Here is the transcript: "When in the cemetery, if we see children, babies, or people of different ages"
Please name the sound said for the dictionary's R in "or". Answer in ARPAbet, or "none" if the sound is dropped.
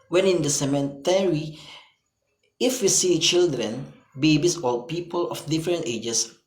L